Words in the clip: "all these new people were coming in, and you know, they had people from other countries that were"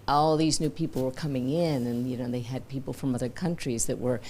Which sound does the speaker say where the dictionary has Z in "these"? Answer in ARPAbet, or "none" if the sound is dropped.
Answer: Z